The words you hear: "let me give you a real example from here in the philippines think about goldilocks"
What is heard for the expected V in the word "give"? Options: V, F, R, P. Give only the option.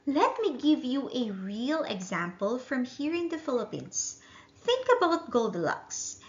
V